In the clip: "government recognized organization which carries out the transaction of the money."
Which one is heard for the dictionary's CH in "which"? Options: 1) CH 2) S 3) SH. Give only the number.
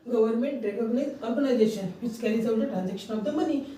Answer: 2